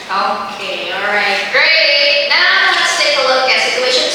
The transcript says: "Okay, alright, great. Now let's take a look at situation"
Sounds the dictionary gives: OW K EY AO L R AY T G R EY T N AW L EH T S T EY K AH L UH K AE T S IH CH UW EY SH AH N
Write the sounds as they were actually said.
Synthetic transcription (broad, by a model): OW K EY AO L R AY T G R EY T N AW N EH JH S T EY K AH L UH K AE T S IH CH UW EY SH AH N